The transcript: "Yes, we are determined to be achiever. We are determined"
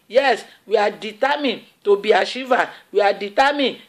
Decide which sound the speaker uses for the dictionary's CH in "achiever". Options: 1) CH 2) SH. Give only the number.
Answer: 2